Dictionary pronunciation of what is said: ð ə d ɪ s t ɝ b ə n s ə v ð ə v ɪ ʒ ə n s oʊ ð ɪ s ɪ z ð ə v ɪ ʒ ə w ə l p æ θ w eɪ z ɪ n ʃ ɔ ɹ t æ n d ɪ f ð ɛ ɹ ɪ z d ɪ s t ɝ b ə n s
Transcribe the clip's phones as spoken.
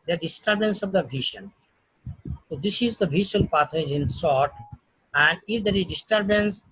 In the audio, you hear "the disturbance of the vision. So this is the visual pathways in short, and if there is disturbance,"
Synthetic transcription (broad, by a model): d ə d ɪ s t ɝ b ə n s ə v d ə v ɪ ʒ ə n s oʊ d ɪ s ɪ z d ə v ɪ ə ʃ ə l p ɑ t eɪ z ɪ n s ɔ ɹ t æ n d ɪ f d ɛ ɹ ɪ z d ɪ s t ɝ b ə n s